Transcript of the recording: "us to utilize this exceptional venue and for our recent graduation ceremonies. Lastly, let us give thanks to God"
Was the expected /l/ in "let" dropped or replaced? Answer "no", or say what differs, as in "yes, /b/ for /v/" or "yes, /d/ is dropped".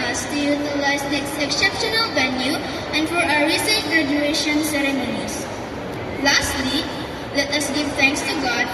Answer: no